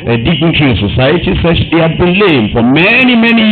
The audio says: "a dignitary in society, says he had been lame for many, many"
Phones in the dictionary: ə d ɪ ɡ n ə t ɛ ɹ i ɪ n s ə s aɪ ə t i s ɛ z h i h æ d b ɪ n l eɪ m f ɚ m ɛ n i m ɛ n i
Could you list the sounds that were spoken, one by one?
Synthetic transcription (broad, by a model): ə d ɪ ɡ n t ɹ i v l s ə s aɪ ə t i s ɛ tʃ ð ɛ h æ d b ɪ n l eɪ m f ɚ m ɛ n i m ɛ n i